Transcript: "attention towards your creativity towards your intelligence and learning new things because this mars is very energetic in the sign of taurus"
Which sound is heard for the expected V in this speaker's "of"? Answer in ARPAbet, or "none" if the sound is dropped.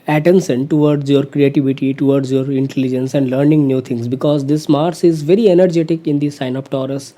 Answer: P